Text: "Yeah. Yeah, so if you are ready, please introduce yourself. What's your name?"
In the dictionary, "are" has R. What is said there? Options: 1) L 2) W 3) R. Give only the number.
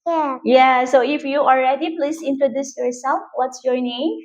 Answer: 1